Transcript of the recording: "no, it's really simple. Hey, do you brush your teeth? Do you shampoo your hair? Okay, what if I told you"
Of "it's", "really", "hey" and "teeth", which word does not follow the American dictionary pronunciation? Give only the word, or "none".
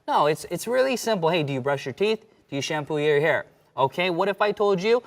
none